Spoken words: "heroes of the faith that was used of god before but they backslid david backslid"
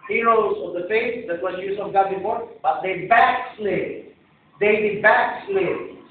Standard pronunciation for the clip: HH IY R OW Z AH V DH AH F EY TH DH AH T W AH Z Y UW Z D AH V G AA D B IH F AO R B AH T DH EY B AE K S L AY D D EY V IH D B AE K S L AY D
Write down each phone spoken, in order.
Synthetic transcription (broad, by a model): HH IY R OW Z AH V DH AH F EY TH DH AH T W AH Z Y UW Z AH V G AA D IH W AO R B AH T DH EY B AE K S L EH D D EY B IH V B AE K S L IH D